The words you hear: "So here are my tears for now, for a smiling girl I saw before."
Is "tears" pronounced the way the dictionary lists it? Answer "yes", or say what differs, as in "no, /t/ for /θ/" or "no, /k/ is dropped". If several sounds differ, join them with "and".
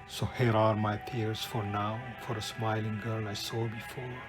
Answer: no, /s/ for /z/